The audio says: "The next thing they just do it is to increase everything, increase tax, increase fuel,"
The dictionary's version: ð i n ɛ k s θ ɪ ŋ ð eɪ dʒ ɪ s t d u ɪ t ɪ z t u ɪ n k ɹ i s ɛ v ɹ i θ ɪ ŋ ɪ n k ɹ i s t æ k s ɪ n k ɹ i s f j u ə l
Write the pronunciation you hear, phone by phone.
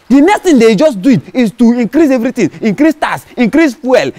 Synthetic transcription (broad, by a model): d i n ɛ k s t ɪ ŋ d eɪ dʒ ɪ s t d u ɪ t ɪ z t u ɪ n k ɹ i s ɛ v ɹ i t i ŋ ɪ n k ɹ i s t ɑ s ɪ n k ɹ i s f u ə l